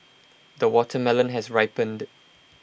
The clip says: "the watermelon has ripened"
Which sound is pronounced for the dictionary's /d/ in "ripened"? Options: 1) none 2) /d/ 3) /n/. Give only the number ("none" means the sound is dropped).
2